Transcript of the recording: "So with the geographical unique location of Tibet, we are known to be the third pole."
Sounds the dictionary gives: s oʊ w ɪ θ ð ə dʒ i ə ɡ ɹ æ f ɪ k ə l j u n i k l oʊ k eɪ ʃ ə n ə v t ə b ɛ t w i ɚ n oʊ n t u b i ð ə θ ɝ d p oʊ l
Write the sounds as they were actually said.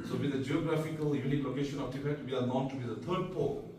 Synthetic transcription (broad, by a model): s oʊ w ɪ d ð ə dʒ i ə ɡ ɹ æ f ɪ k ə l j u n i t l oʊ k eɪ ʃ ə n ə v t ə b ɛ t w i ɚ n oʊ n t u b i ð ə t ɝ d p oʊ